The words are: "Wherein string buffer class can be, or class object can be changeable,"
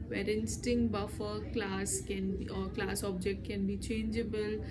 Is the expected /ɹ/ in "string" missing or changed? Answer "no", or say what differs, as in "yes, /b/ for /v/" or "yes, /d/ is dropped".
yes, /ɹ/ is dropped